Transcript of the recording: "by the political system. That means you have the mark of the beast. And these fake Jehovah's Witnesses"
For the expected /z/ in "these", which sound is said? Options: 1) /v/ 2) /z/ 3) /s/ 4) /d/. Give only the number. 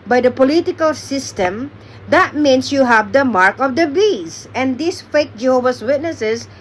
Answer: 3